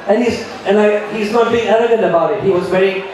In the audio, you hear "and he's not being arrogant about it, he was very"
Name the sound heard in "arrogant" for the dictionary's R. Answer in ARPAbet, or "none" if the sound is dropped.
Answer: L